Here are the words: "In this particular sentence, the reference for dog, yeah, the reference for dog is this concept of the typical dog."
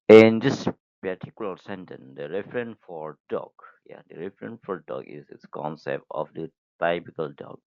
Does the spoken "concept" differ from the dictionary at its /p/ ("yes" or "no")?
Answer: no